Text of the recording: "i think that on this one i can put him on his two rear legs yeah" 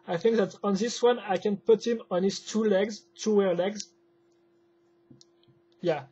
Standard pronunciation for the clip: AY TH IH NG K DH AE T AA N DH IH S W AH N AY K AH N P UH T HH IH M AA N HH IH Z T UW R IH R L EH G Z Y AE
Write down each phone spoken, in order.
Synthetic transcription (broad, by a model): AY TH IH NG K DH AE T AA N DH IH S W AH N AY K AH N P UH T HH IH M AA N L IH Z T UW W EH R L EH G Z Y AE